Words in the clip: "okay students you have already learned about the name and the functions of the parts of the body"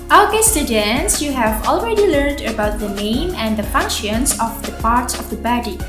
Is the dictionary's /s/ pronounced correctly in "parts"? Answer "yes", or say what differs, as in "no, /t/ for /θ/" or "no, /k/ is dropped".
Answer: yes